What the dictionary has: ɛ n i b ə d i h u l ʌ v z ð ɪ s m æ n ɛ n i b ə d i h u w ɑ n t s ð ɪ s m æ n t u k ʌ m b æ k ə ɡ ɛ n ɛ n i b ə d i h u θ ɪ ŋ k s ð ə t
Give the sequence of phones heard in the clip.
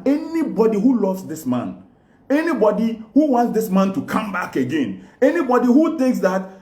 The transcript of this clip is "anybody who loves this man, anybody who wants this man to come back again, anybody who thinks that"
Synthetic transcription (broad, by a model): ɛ n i b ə d i h u l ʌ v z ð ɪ s m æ n ɛ n i b ə d i h u w ɑ n t s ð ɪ s m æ n t u k ʌ m b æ k ə ɡ ɛ n ɛ n i b ə d i h u θ ɪ ŋ k s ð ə t